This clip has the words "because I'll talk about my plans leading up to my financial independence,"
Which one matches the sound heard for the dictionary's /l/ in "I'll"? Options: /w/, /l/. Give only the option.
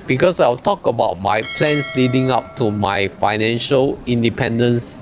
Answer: /w/